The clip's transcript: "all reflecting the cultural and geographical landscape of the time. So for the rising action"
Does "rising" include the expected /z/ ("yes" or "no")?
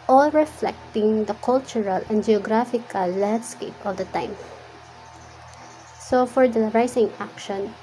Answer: no